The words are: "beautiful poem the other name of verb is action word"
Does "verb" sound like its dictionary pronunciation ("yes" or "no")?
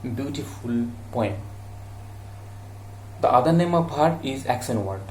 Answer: no